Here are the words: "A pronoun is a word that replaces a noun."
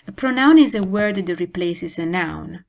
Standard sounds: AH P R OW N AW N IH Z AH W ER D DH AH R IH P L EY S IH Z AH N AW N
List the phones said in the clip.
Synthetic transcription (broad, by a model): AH P R OW N AW N IH Z AH W ER D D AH R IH P L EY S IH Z AH N AW N